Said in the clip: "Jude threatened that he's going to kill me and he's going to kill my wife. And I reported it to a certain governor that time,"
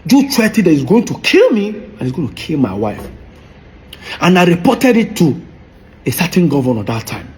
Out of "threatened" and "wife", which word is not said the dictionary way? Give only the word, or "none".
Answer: threatened